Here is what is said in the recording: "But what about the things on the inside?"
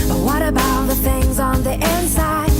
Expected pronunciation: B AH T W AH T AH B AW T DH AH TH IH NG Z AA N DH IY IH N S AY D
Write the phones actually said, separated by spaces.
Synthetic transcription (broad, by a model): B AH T W AH T AH B AW T DH AH TH IH NG Z N DH IY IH N S AY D